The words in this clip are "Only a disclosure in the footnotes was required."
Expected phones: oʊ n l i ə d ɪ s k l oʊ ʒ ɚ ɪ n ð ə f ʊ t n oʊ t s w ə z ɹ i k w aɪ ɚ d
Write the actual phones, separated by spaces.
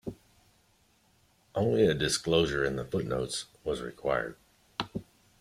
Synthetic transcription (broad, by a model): oʊ n l i ə d ɪ s k l oʊ ʒ ɚ ɪ n ð ə f ʊ t n oʊ t s w ə z ɹ i k w aɪ ɚ d